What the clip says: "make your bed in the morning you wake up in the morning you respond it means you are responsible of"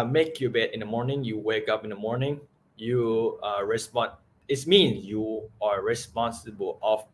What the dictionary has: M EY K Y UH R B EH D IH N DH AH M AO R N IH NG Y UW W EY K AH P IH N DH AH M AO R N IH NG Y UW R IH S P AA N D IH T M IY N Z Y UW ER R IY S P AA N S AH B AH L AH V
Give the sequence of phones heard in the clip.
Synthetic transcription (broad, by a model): M EY K Y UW B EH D IH N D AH M AO R N IH NG Y UW W EY K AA P IH N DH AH M AO R N IH NG Y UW R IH S P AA N IH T M IY N Y UW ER R IY S P AA N S AH B AH L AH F